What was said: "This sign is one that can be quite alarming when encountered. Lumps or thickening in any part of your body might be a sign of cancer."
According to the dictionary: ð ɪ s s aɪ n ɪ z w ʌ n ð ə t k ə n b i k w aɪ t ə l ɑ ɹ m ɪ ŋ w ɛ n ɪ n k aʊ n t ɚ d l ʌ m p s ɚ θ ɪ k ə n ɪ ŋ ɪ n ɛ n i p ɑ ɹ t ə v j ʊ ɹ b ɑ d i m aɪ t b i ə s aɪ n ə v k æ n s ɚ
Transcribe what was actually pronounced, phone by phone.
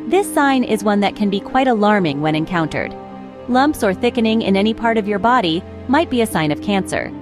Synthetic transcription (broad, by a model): ð ɪ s s aɪ n ɪ z w ʌ n ð ə t k ə n b i k w aɪ t ə l ɑ ɹ m ɪ ŋ w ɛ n ɪ n k aʊ n t ɚ d l ʌ m p s ɚ θ ɪ k ə n ɪ ŋ ɪ n ɛ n i p ɑ ɹ t ə v j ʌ ɹ b ɑ d i m aɪ t b i ə s aɪ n ə v k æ n s ɚ